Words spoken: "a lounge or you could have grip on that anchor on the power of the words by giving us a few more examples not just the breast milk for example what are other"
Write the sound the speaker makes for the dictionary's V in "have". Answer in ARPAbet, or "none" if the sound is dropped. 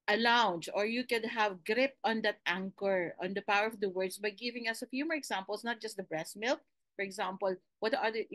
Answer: V